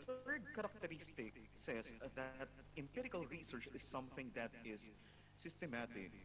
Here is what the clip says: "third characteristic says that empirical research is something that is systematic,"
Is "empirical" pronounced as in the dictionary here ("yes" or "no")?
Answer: yes